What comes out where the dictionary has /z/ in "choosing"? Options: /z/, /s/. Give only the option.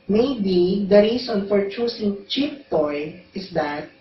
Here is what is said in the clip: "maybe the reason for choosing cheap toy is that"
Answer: /s/